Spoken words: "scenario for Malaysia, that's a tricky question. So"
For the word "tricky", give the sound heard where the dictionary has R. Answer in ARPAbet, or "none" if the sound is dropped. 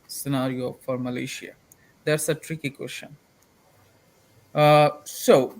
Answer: R